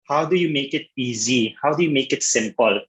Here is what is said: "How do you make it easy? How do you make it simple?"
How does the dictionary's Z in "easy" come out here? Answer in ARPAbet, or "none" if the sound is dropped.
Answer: Z